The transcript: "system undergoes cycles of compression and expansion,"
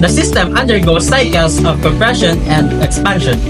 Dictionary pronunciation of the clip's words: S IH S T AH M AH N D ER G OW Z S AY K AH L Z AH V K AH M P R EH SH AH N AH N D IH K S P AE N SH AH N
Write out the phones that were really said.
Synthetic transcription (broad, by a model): S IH S T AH M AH N D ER G OW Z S AY K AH L S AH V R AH P R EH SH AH N AH N D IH K S P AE N SH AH N